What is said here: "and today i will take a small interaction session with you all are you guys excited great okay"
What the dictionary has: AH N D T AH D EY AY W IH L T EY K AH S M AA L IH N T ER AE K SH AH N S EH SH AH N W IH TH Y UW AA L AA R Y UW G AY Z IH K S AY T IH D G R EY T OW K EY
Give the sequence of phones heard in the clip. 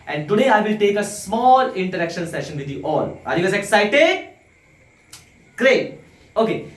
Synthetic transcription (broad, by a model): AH N D T AH D EY AY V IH L T EY K AH S M AA L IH N T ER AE K SH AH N S EH SH AH N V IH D Y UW AA L AA R Y UW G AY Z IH K S AY T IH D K R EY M OW K EY